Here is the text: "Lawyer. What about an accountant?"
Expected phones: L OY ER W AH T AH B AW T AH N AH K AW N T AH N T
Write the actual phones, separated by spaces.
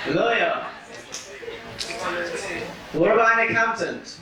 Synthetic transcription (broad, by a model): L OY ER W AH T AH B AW AH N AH K AW N T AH N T